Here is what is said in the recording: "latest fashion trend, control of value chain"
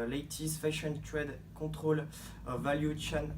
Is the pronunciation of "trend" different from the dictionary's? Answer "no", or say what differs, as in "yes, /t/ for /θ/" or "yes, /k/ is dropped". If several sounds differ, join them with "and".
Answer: yes, /n/ is dropped